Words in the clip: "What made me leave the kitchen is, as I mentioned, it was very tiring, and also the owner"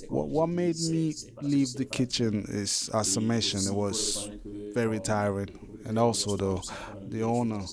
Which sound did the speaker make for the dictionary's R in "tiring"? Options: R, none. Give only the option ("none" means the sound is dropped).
R